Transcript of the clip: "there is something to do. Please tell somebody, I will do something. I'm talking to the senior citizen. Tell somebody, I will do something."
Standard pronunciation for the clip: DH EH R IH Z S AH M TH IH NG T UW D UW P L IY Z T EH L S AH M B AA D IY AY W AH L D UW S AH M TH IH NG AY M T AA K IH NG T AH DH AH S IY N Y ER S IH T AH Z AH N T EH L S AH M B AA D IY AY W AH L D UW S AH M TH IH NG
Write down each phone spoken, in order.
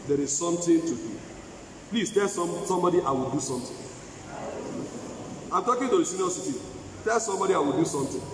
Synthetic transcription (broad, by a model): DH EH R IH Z S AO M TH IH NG T UW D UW P L IY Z T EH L S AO M B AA D IY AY W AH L D UW S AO M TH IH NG AY M T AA K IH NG T AH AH S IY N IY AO S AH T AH T EH L S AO M B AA D IY AY W AH L D UW S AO M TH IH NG